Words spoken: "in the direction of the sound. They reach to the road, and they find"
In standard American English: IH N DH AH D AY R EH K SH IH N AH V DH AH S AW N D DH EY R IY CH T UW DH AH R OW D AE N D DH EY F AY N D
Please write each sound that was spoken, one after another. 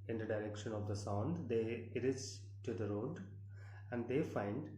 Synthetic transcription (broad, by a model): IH N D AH D AY R EH K SH IH N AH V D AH S AW N D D EY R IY S T UW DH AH R OW D AE N D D EY F AY N D